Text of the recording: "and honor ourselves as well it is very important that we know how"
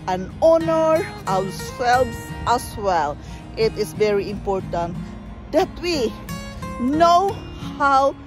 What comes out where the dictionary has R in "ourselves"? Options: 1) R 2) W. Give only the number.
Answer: 2